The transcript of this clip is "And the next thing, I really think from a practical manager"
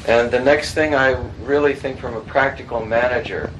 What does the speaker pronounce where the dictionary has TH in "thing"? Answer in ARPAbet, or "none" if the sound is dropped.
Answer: TH